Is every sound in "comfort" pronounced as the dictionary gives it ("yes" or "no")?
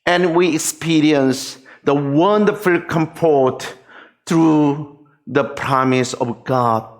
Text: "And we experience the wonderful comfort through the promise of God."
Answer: no